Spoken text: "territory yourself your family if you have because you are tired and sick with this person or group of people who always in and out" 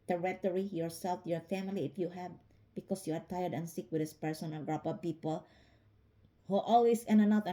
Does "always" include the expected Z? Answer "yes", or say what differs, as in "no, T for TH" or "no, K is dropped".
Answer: no, S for Z